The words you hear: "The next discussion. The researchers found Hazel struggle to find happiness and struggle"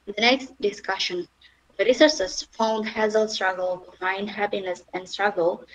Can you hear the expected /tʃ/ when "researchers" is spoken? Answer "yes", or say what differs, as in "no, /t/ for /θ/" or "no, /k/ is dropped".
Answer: no, /s/ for /tʃ/